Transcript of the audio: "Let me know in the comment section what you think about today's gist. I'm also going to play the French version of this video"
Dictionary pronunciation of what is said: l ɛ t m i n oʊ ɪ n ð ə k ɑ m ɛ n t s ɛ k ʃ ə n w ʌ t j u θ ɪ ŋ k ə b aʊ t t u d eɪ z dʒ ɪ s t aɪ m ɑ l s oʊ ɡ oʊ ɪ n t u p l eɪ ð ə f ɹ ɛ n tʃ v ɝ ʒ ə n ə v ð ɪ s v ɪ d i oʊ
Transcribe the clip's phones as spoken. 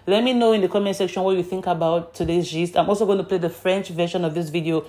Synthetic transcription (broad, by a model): l ɛ t m i n oʊ ɪ n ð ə k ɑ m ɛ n s ɛ k ʃ ə n w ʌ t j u θ ɪ ŋ k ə b aʊ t t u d eɪ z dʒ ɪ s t aɪ m ɑ l s oʊ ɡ oʊ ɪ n t u p l eɪ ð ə f ɹ ɛ n tʃ v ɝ ʃ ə n ə v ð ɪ s v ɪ d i oʊ